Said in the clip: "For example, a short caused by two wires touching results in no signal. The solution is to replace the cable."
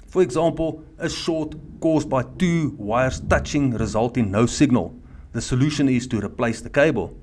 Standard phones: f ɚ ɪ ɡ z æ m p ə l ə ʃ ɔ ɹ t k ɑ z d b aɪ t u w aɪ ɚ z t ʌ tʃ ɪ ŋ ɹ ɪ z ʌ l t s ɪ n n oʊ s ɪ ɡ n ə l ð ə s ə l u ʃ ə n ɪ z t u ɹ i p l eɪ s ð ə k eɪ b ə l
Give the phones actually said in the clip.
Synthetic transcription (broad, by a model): f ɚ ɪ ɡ z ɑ m p ə l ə ʃ ɔ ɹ t k ɑ z d b aɪ t u w aɪ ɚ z t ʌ tʃ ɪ ŋ ɹ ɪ z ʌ l t ɪ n n oʊ s ɪ ɡ n ə l ð ə s ə l u ʃ ə n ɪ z t u ɹ i p l eɪ s ð ə k eɪ b ə l